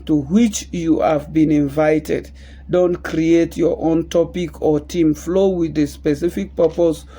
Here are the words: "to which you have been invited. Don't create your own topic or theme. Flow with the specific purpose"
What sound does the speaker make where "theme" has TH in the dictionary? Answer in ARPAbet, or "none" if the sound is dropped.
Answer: T